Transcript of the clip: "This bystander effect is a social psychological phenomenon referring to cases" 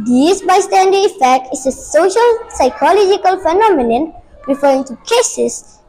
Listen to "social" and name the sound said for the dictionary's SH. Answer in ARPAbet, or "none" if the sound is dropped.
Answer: SH